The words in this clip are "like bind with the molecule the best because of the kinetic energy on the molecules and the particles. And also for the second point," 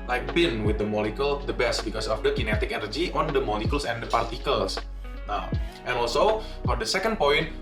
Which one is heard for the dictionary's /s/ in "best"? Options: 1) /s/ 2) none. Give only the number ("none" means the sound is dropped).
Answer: 1